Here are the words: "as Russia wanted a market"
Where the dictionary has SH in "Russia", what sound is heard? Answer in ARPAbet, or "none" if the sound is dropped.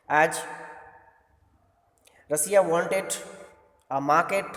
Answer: S